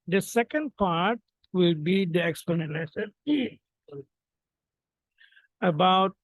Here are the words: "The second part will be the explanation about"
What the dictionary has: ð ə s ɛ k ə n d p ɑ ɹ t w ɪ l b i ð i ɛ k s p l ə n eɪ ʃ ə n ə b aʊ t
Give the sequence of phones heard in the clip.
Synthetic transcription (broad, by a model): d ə s ɛ k ə n d p ɑ ɹ t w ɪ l b i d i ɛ k s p n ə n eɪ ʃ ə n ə b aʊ t